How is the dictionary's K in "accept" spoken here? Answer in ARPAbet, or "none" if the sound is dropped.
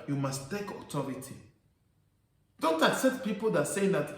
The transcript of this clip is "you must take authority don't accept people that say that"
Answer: K